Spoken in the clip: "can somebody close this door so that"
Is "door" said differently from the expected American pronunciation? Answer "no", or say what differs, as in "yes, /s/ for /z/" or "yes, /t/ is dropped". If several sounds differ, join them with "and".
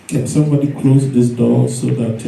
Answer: yes, /l/ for /ɹ/